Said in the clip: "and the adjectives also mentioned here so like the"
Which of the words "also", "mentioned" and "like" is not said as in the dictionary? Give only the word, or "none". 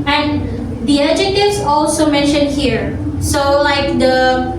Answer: none